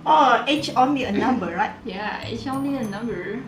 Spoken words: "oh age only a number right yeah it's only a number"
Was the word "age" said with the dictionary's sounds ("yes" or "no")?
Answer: no